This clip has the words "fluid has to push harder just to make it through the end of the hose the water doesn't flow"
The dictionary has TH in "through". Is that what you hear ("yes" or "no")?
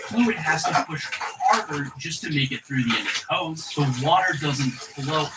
yes